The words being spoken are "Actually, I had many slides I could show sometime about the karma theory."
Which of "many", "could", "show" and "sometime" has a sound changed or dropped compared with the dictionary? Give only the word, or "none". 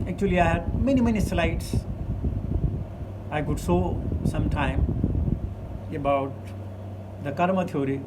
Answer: show